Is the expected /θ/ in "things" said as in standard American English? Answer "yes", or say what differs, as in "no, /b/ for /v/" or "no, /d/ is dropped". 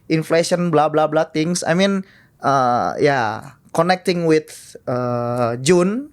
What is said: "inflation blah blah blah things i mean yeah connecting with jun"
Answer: no, /t/ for /θ/